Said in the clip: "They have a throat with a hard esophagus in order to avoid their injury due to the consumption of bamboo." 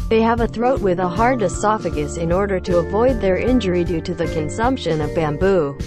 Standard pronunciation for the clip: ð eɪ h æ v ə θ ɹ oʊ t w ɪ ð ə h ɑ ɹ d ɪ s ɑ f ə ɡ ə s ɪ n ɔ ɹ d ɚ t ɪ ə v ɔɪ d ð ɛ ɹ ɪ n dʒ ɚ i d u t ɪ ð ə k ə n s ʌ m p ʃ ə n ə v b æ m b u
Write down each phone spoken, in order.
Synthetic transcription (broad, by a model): ð eɪ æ v ə θ ɹ oʊ t w ɪ ð ə h ɑ ɹ d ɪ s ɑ f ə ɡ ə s ɪ n ɔ ɹ d ɚ t ɪ ə v ɔɪ d ð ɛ ɹ ɪ n dʒ ɚ i d u t ɪ ð ə k ə n s ʌ m p ʃ ə n ə v b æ m b u